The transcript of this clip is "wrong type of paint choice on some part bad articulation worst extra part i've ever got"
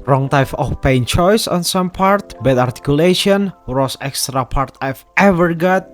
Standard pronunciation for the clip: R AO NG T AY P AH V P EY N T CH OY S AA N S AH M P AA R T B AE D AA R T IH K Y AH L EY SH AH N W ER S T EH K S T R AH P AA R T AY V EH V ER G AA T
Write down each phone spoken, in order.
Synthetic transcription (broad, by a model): R AO NG T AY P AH F P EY N CH OY S AA N S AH M P AA R T B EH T AA R T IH K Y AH L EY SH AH N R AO S EH K S T R AH P AA R T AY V EH V ER G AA T